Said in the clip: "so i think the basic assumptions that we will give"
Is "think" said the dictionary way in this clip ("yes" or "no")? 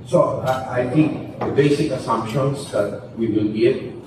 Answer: no